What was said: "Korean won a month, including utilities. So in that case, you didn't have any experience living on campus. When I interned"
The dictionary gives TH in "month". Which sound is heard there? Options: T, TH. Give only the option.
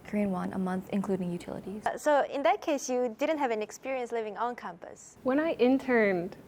TH